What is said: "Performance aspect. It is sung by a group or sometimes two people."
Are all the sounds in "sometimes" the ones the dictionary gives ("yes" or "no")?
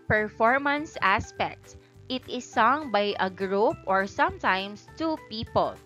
no